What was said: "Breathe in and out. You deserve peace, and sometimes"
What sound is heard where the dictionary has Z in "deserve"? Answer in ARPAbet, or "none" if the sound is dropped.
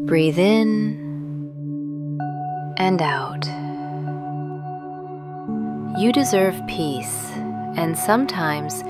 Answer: Z